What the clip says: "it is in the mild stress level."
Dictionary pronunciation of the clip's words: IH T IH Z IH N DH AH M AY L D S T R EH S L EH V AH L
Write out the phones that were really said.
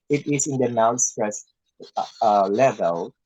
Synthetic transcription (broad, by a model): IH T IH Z IH N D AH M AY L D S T EH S L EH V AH L